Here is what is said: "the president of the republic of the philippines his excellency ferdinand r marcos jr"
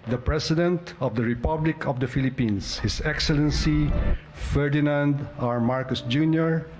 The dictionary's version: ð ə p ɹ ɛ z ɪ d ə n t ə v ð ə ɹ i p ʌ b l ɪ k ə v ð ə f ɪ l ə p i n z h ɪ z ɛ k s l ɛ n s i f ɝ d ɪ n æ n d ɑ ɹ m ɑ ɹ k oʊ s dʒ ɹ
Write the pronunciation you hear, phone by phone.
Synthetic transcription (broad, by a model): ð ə p ɹ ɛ s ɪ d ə n t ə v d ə ɹ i p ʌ b l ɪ k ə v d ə f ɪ l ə p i n s h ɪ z ɛ k s l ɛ n s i f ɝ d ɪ n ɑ n d ɑ ɹ m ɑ ɹ k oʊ s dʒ ɹ